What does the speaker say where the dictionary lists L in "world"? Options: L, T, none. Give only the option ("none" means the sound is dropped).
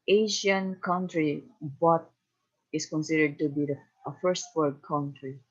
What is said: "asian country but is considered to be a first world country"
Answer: none